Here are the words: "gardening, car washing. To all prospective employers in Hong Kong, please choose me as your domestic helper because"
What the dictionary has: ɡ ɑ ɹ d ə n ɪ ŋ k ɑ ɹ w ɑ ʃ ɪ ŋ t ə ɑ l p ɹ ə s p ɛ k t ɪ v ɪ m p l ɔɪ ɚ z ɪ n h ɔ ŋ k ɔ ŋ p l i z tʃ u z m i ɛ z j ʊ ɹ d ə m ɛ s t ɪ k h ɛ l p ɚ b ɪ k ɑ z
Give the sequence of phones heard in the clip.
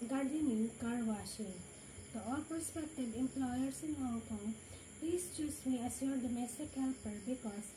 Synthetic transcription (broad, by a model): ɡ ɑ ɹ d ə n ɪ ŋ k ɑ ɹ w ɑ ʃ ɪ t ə ɑ l p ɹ s p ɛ k t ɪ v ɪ m p l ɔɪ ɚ s ɪ n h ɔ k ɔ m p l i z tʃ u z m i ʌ s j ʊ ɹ d ə m ɛ s t ɪ k h ɛ l p ɚ b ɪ k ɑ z